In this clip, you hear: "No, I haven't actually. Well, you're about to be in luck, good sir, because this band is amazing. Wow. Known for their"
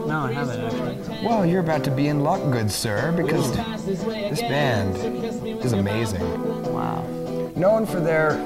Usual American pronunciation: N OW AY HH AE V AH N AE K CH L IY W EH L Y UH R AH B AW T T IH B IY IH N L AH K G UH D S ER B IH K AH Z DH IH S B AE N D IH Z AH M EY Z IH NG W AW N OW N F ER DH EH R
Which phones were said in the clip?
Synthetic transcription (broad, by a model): N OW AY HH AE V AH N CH W EH L Y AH R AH B AW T T IH B IY IH N L AH K G UH D S ER B IH K AH Z DH IH S B AE N D IH Z AH M EY Z IH NG W AW N OW N F ER DH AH R